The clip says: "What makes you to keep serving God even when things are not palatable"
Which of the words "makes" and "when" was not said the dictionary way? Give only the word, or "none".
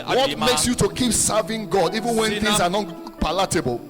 none